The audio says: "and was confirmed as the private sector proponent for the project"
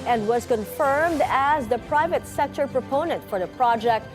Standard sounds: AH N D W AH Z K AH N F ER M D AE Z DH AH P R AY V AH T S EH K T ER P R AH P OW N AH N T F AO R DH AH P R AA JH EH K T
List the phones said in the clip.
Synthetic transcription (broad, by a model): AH N D W AH Z K AH N F ER M D AE Z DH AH P R AY V AH T S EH K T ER P R AH P OW N AH N T F AO R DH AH P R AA JH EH K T